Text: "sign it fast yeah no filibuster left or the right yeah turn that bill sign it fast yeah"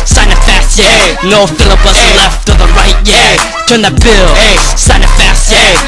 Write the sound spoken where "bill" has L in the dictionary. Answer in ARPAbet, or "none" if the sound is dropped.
L